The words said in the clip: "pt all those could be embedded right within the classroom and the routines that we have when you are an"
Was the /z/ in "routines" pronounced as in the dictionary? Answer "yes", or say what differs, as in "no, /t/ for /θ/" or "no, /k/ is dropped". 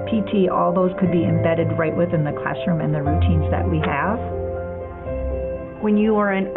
yes